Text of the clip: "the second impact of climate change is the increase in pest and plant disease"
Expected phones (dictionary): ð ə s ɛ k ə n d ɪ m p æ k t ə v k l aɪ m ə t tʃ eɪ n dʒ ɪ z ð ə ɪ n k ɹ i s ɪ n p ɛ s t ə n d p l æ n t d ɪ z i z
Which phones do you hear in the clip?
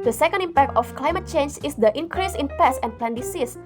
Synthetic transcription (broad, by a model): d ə s ɛ k ə n d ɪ m p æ k t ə f k l aɪ m ə t tʃ eɪ n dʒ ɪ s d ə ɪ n k ɹ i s ɪ n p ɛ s ə n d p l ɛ n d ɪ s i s